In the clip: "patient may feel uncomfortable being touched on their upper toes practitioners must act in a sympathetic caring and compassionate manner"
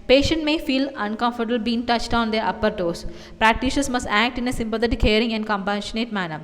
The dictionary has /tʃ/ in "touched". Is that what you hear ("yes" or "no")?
yes